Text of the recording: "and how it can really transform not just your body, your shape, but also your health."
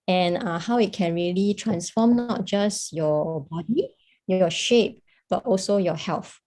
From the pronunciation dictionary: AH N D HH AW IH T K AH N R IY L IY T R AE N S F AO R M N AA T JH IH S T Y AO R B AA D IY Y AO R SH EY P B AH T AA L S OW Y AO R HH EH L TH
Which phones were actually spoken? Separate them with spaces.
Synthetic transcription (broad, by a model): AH N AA HH AW IH T K AH N R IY L IY T R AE N S F AO M N AA T JH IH S Y AO B AA D IY Y AO SH EY P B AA T AA L S OW Y AO HH EH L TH